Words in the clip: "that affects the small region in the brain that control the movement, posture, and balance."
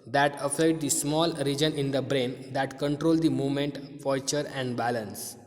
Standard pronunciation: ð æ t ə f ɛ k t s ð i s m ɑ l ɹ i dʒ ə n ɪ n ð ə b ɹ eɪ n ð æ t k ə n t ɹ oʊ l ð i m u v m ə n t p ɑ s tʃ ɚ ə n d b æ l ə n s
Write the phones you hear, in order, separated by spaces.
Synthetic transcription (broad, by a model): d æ t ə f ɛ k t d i s m ɑ l ɹ i dʒ ə n ɪ n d ə b ɹ eɪ n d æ t k ə n t ɹ oʊ l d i m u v m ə n t f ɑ tʃ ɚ ə n d b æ l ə n s